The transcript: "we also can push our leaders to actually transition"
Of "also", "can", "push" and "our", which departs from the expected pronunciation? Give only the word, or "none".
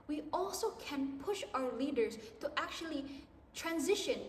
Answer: none